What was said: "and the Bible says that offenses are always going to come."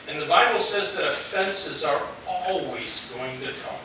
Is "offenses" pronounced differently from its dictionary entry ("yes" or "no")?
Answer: no